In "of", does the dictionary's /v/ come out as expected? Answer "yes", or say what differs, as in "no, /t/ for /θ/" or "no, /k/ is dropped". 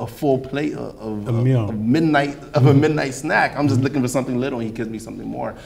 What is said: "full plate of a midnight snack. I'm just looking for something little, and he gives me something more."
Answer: yes